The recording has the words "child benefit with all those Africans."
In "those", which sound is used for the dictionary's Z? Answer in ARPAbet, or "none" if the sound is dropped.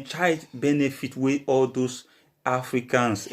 S